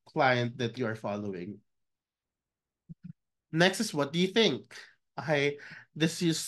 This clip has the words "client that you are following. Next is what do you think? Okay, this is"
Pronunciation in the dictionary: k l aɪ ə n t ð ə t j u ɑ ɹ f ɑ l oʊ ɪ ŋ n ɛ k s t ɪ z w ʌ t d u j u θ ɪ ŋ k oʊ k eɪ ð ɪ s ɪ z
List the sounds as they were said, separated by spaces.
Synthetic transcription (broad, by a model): k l aɪ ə n t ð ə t j u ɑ ɹ f ɑ l oʊ ɪ ŋ n ɛ k s t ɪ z w ʌ t d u j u θ ɪ ŋ k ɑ ɪ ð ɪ s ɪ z